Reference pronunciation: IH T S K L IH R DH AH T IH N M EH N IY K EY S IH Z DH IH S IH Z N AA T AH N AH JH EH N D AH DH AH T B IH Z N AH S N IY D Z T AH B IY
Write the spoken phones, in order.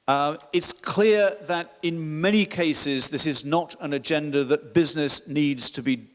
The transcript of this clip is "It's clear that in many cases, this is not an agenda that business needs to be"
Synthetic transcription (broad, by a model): IH T S K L IH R DH AH T IH N M EH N IY K EY S IH Z DH IH S IH Z N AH T AH N AH JH EH N D AH DH AH T B IH Z N AH S N IY D Z T AH B IY